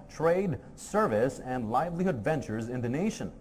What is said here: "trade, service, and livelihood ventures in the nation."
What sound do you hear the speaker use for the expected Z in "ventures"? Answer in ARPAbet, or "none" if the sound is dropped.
Z